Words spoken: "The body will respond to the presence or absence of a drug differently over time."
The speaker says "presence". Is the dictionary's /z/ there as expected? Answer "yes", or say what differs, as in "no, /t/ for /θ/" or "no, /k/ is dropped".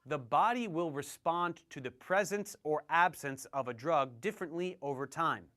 yes